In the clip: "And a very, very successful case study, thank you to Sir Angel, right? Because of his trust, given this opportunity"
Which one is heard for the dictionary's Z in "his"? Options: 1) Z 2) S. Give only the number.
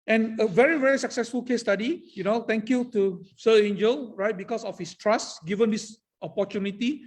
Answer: 2